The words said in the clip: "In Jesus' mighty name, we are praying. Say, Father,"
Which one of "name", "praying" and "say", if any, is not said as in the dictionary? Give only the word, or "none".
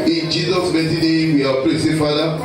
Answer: praying